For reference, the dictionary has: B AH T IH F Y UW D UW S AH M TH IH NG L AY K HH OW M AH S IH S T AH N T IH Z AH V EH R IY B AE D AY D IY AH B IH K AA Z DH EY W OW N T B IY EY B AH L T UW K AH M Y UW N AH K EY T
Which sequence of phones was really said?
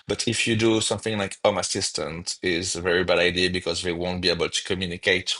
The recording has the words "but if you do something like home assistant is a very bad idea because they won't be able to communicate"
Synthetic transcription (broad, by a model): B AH T IH F Y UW D UW S AH M TH IH NG L AY K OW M AH S IH S T AH N T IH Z AH V EH R IY B AE D AY D IY AH B IH K AA Z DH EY W OW N T B IY EY B AH L T UW K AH M Y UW N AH K EY T